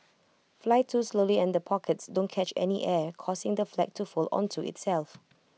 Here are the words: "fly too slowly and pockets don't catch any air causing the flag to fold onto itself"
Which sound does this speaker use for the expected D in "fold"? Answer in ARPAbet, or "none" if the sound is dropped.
none